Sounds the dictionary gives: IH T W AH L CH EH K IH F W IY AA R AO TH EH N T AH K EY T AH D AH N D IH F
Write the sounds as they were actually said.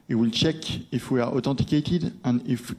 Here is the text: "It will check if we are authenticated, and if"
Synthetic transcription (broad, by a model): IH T W AH L CH EH K IH F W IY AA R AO T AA T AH K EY T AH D AH N D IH F